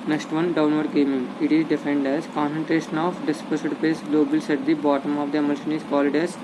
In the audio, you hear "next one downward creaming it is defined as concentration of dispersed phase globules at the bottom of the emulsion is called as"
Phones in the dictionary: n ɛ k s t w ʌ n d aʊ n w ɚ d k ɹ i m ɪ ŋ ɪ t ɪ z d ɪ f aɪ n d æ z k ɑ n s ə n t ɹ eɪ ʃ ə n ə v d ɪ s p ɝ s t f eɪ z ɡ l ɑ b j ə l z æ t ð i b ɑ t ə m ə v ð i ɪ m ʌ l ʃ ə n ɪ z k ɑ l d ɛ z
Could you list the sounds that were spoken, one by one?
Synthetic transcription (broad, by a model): n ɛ k s t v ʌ n d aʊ n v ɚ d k ɛ m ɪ ŋ ɪ t ɪ z d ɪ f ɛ n d æ z k ɑ n s ə n t ɹ eɪ ʃ ə n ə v d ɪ s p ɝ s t p eɪ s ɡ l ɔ b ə l s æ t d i b ɑ t ə m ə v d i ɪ m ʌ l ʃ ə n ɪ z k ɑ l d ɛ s